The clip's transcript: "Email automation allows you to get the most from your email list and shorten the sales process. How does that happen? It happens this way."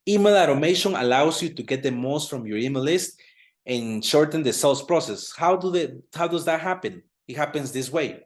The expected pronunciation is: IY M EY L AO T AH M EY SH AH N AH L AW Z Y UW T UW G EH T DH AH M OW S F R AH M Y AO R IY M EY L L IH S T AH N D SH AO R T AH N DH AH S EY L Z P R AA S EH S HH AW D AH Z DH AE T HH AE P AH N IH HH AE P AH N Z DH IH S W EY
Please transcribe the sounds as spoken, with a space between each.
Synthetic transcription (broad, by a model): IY M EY L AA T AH M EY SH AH N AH L AW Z Y UW T UW G EH T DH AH M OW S F R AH M Y AO R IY M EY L L IH S T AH N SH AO R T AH N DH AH S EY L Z P R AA S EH S HH AW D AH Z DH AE T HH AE P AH N IH HH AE P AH N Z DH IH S W EY